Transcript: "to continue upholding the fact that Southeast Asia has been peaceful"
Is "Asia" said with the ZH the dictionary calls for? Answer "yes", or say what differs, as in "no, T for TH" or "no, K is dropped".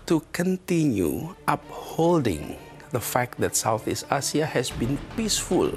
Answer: no, S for ZH